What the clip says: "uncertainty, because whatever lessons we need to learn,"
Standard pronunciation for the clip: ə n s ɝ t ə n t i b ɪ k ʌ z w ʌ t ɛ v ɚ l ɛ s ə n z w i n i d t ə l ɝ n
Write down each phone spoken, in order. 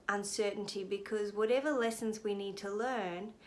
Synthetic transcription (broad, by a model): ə n s ɝ t n t i b ɪ k ʌ z w ʌ t ɛ v ɚ l ɛ s ə n z w i n i d t ə l ɝ n